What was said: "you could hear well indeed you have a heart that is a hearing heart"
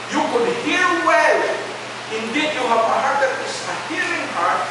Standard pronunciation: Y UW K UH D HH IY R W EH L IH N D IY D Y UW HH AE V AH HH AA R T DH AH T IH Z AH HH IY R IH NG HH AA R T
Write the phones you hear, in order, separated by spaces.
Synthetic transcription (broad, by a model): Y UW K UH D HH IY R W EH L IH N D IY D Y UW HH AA P AH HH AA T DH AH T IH S AH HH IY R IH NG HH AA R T